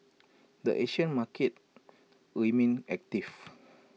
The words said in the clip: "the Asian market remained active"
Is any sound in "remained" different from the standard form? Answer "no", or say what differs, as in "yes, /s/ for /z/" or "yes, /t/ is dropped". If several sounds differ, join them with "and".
yes, /d/ is dropped